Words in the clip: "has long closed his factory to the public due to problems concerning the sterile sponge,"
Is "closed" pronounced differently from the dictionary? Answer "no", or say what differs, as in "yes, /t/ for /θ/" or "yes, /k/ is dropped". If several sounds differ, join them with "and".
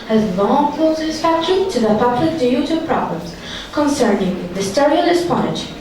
yes, /s/ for /z/